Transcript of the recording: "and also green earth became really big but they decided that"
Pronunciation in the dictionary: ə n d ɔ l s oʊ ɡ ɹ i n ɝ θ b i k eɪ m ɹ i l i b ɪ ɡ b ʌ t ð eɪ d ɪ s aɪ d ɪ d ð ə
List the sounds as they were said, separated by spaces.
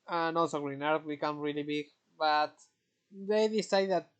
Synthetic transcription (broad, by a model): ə n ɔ s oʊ ɡ ɹ i n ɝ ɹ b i k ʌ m ɹ i l i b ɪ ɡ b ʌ t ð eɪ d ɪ s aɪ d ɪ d